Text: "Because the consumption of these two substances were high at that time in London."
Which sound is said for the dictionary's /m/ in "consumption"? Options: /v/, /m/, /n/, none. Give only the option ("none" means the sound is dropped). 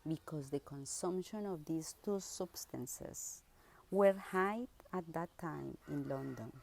/m/